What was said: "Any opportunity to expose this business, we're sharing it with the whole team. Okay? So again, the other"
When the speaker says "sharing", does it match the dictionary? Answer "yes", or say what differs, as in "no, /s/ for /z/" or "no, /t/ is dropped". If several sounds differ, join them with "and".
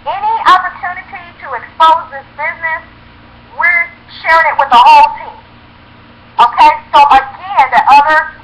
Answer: yes